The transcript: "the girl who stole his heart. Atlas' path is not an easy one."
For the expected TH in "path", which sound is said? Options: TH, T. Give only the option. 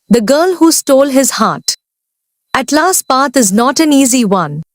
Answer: T